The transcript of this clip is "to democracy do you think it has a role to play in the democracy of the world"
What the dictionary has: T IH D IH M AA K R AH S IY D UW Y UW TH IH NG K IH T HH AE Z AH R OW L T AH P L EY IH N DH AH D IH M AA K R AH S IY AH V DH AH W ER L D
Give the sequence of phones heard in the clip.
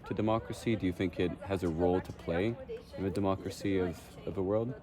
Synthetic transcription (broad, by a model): T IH D IH M AA K R AH S IY D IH Y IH TH IH NG K IH T HH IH Z AH R OW L T AH P L EY IH N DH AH D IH M AA K R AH S IY AH V DH AH W ER L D